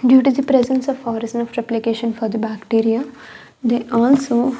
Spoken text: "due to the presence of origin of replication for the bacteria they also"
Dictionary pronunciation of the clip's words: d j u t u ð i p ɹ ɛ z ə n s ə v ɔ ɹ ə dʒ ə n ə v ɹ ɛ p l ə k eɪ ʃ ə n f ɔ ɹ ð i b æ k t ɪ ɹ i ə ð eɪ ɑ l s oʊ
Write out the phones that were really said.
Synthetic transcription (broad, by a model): d j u t u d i p ɹ ɛ z ə n s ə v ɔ ɹ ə z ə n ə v ɹ ɛ p l ə k eɪ ʃ ə n f ɔ ɹ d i b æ k t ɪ ɹ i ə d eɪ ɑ l s oʊ